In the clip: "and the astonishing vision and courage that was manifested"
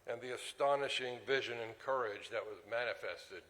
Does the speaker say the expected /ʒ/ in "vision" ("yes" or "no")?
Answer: yes